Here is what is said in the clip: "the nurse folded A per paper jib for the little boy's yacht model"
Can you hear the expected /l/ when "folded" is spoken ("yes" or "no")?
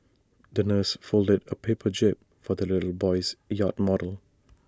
yes